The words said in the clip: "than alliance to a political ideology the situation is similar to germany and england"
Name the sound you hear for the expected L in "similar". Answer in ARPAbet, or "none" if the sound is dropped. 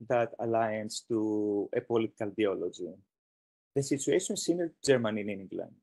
N